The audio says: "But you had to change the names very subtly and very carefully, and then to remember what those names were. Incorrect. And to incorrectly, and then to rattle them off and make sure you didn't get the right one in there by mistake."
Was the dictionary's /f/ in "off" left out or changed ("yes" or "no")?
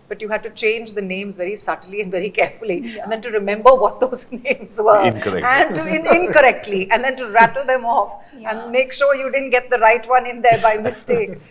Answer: no